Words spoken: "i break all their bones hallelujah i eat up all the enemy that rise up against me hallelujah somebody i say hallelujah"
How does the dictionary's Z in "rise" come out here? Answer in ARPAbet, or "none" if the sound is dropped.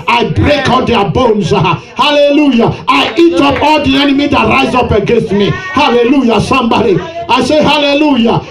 Z